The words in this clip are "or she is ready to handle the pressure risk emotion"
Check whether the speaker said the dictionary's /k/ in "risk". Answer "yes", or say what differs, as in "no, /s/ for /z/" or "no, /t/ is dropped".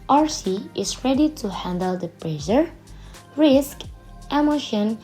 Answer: yes